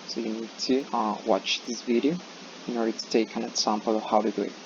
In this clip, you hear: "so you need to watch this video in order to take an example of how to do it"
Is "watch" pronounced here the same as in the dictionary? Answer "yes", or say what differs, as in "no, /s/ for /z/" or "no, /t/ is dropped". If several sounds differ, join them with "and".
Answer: yes